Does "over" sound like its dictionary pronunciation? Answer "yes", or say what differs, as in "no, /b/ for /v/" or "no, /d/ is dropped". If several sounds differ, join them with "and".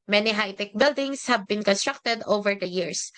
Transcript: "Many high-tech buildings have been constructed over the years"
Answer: yes